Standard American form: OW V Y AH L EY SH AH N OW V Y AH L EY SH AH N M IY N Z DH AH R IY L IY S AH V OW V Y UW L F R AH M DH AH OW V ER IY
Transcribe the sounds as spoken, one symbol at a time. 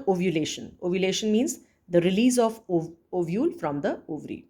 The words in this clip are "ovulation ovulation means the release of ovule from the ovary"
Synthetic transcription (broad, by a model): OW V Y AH L EY SH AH N OW V Y AH L EY SH AH N M IY N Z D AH R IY L IY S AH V OW V Y UW L F R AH M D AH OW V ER IY